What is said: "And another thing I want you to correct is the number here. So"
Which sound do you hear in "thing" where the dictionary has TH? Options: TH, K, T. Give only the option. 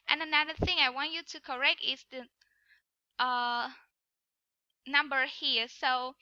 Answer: TH